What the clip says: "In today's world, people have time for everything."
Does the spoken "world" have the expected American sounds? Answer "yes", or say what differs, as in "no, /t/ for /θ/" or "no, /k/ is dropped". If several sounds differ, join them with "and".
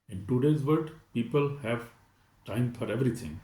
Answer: no, /l/ is dropped